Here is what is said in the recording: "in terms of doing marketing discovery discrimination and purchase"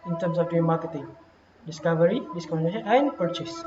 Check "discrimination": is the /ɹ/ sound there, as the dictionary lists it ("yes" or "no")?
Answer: no